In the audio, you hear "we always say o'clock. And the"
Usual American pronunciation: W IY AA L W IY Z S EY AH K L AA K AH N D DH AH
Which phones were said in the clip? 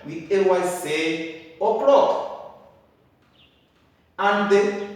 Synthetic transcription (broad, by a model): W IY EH W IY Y S EY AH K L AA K AH N D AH